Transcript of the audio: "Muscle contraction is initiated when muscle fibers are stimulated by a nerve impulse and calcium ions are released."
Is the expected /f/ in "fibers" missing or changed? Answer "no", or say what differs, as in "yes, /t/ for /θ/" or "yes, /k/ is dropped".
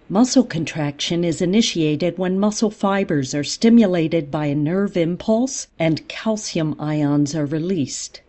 no